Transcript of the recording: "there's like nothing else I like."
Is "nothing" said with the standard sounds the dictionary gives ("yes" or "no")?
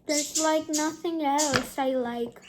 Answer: yes